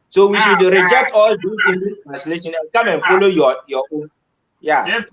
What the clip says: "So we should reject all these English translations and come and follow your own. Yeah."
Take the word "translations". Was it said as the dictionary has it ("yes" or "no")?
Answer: no